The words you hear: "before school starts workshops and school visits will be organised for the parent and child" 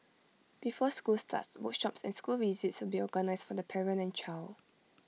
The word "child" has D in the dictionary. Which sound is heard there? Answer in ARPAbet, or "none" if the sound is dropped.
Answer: none